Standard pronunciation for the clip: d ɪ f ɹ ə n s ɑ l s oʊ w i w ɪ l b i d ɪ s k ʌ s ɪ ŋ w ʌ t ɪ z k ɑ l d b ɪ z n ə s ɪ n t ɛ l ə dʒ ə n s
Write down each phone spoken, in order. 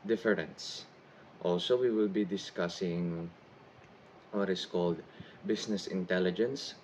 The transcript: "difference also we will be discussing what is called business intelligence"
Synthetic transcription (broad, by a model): d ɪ f ɹ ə n s ɑ l s oʊ w i w ɪ l b i d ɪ s k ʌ s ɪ ŋ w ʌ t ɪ s k ɑ l d b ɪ s n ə s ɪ n t ɛ l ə dʒ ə n s